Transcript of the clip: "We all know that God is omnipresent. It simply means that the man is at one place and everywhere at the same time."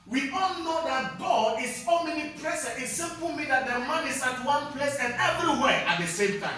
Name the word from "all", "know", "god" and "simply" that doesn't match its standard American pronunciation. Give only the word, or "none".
simply